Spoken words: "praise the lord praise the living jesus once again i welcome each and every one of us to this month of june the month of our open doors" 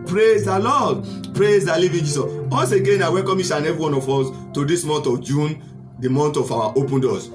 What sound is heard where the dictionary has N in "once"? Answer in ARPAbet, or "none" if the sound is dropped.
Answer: none